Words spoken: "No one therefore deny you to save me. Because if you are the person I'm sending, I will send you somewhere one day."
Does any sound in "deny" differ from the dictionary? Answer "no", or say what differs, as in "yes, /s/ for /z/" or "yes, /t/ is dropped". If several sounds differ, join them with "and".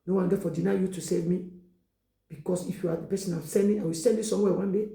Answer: no